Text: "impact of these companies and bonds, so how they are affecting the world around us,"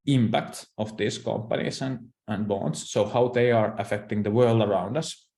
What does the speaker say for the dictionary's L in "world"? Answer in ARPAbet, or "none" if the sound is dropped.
L